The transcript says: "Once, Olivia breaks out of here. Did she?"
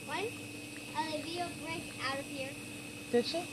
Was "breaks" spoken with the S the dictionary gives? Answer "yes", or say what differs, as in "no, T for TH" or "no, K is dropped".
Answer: no, S is dropped